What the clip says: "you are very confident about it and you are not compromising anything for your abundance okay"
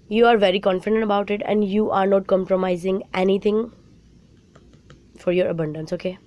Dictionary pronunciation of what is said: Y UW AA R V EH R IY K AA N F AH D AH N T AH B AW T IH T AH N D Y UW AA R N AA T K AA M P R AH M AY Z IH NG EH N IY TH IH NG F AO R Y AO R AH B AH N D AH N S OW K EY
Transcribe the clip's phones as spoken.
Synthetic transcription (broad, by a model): Y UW AA R V EH R IY K AA N F AH D AH N T AH B AW T IH T AH N D Y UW AA R N AA T K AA M P R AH M AY Z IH NG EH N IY T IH NG F AO R Y AO R AH B AH N D AH N S OW K EY